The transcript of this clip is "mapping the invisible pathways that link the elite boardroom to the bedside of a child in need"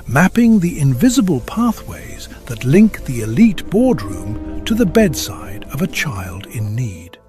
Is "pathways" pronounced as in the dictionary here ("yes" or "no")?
yes